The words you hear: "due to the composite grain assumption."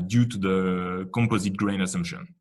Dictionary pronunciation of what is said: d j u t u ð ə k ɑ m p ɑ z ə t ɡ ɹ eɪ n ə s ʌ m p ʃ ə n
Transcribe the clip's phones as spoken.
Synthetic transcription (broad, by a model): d j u t u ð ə k ɑ m p ɑ z ə t ɡ ɹ eɪ n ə s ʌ m p ʃ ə n